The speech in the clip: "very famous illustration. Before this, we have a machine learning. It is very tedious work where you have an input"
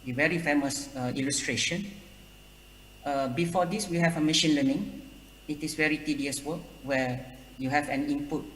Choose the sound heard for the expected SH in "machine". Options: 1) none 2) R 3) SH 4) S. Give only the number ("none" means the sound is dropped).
3